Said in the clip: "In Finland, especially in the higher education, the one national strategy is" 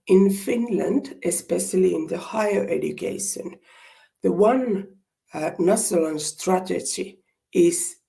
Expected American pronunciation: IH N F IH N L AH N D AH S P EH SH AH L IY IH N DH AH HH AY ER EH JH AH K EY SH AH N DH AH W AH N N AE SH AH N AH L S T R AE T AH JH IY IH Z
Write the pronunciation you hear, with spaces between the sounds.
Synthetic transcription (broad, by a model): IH N F IH N L AH N D AH S P EH SH AH L IY IH N DH AH HH AY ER EH JH AH K EY SH AH N DH AH W AH N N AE S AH L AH N S T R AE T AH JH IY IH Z